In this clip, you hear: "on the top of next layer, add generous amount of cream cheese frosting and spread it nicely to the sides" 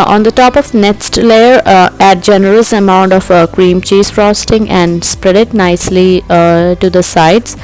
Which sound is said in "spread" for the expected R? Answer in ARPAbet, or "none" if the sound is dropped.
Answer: R